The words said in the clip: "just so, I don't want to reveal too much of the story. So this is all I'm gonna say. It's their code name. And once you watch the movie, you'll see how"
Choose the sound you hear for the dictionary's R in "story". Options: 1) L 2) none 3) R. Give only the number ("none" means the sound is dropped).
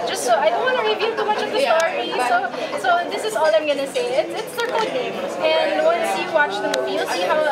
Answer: 2